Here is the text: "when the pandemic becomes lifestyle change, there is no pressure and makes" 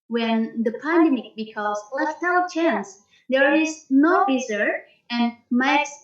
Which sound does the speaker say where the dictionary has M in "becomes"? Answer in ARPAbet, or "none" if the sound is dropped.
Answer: none